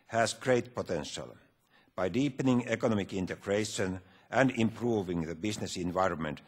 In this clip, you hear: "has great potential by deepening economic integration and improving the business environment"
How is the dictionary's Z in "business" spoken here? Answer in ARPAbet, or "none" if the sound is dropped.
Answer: S